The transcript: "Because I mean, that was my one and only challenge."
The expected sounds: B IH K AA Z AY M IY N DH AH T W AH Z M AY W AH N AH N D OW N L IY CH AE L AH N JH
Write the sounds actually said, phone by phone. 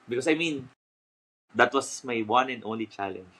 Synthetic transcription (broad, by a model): B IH K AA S AY M IY N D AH T W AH S M AY W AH N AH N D OW N L IY CH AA L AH N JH